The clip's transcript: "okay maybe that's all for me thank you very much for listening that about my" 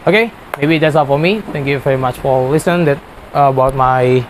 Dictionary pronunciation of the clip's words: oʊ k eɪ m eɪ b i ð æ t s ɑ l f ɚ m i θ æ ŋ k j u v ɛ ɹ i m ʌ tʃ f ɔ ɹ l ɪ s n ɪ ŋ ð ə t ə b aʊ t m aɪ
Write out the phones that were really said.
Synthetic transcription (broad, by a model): oʊ k eɪ m eɪ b i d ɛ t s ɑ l f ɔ m i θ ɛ ŋ k j u v ɛ ɹ i m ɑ tʃ f ɔ ɹ l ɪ s ɪ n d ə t ə b aʊ t m aɪ